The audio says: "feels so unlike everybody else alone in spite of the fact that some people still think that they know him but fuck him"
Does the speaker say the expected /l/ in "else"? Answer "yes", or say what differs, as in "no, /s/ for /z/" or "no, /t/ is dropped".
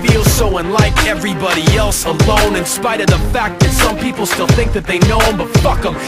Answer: yes